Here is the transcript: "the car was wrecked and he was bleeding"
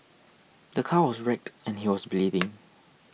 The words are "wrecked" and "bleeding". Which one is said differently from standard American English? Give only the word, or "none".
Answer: none